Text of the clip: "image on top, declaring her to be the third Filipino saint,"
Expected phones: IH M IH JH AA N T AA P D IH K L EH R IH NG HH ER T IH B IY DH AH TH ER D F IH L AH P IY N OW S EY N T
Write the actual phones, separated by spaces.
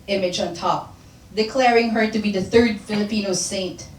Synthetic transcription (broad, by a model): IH M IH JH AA N T AA P D IH K L EH R IH NG HH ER T IH B IY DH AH TH ER D F IH L AH P IY N OW S EY N T